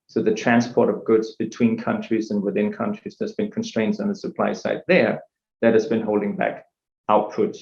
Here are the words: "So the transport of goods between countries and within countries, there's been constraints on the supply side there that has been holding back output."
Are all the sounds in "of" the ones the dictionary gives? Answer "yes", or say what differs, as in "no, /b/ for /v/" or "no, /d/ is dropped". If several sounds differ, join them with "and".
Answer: yes